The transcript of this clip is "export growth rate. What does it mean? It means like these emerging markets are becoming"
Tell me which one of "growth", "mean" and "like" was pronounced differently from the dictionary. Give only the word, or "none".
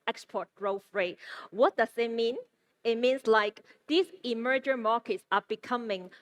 growth